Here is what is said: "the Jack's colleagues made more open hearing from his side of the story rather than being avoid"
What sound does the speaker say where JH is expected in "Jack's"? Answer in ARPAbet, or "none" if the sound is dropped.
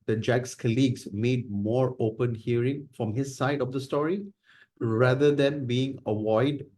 JH